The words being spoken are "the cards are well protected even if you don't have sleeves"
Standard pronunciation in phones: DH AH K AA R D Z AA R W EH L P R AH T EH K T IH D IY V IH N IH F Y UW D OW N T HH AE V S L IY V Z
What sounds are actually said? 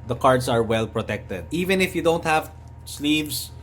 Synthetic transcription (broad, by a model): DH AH K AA R D S AA R W EH L P R AH T EH K T IH D IY V IH N IH F Y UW D OW N T HH AE V S L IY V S